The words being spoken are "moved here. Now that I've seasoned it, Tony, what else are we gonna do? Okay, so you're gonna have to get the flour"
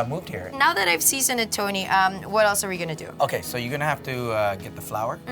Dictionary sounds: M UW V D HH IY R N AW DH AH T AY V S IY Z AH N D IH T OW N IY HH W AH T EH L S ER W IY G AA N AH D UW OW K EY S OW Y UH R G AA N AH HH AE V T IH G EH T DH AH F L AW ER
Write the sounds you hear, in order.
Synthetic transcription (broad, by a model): M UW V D HH IY R N AW DH AH T AY V S IY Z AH N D IH T OW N IY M W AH T EH L S ER W IY G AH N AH D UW OW K EY S OW Y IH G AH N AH HH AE F T IH G EH T DH AH F L AW ER